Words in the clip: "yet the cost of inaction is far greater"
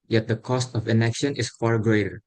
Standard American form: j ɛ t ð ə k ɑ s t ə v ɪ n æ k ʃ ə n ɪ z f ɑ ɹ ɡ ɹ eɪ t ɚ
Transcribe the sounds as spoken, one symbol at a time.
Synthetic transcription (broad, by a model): j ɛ t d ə k ɑ s t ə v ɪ n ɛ k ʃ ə n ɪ s f ɑ ɹ ɡ ɹ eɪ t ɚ